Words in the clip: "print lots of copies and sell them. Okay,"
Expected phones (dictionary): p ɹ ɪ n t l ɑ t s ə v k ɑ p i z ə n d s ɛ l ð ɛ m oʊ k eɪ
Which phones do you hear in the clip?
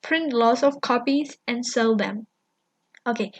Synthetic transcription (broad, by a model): p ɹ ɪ n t l ɑ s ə f k ɑ p i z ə n s ɛ l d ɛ m oʊ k eɪ